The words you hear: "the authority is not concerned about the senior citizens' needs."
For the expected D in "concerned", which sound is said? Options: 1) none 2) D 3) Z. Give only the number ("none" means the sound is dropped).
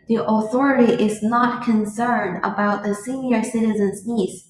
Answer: 2